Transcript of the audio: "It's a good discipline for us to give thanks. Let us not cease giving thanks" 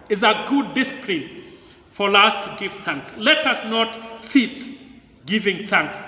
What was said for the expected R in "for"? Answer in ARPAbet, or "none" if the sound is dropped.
L